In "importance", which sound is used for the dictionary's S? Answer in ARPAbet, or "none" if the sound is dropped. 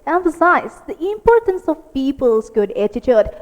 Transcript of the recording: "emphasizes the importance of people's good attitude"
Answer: S